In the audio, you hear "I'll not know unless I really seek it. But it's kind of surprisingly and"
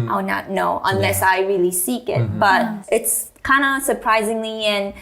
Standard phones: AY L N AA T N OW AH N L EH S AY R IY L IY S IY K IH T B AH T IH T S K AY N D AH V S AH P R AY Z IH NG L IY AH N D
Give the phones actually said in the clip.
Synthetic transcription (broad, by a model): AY N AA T N OW AH N L EH S AY R IY L IY S IY K IH T B AH T IH T S K AY N D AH S AH P R AY Z IH NG L IY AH N